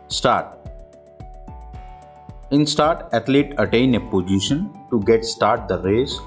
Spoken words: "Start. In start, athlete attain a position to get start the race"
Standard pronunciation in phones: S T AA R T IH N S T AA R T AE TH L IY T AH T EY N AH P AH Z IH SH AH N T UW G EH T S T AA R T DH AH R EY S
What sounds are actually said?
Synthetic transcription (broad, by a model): S T AA R T IH N S T AA R T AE T L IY T AH T EY N AH P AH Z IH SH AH N T UW G EH T S T AA R T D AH R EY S